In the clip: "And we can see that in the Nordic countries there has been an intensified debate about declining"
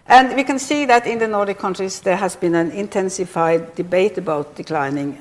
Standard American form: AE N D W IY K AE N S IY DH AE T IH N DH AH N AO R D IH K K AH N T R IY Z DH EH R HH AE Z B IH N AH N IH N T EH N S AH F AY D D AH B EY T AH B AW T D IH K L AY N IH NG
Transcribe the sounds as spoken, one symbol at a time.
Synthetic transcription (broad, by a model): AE N D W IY K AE N S IY DH AE T IH N DH AH N AO R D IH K K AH N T R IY S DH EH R HH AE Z B IH N AH N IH N T EH N S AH F AY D D AH B EY T AH B AW T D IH K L AY N IH NG